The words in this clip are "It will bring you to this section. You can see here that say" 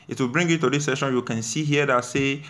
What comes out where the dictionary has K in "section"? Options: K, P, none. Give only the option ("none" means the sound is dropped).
none